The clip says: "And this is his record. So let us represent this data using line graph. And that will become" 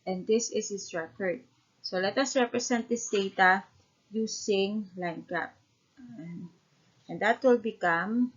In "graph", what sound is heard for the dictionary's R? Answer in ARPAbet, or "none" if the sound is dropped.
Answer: none